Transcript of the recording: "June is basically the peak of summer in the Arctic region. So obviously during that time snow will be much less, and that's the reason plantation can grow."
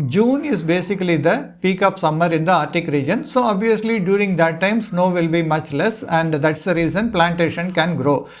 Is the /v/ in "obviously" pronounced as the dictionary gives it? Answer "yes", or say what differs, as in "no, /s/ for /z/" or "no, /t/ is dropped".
yes